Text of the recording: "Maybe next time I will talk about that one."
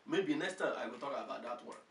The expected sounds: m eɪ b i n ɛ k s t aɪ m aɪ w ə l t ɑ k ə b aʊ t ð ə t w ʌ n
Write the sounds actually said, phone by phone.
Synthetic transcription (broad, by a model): m eɪ b i n ɛ k s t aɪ aɪ w ə l t ɑ k ə b aʊ t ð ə t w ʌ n